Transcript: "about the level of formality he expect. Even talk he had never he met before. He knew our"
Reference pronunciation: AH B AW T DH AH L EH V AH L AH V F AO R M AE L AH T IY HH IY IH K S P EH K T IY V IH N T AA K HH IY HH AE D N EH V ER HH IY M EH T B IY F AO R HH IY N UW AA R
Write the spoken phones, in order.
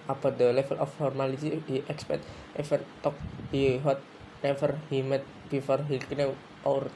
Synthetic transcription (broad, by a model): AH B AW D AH L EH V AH L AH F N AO R M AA L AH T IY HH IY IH K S P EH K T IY F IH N T AA K HH IY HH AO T N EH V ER HH IY M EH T B IY F AO R HH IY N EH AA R